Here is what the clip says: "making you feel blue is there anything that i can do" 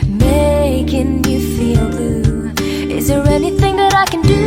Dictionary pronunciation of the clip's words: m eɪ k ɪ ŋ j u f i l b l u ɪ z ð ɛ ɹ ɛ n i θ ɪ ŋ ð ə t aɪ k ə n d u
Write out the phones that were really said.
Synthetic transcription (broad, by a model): m eɪ k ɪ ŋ j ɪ f i l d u ɪ z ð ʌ ɹ ɛ n i θ ɪ ŋ ð ə t aɪ k ə n d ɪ